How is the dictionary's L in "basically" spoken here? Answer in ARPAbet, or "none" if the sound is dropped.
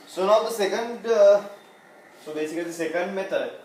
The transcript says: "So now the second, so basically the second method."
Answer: none